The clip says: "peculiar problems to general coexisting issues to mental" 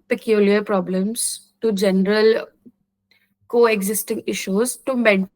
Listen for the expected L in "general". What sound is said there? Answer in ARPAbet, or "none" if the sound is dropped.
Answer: L